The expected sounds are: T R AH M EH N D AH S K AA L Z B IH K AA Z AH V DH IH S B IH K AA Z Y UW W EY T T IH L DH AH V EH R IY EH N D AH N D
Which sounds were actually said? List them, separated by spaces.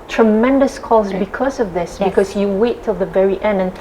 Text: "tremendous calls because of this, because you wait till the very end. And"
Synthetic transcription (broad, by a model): T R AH M EH N D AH S K AA Z B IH K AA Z AH V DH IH S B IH K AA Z Y UW W EY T T IH L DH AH V EH R IY EH N D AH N